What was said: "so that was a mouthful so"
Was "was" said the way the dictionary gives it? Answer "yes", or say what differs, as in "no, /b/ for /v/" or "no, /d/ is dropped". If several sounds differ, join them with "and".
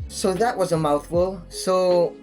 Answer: yes